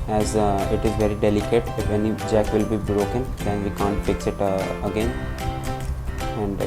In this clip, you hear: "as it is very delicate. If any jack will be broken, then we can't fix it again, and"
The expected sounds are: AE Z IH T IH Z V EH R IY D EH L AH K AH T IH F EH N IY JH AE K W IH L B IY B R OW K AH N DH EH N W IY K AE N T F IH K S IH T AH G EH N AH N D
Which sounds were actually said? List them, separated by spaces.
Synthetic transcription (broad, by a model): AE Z IH T IH Z V EH R IY D EH L AH K AH T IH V EH N IY JH AE K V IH L B IY B R OW K AH N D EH N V IY K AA N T F IH K S IH T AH G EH N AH N D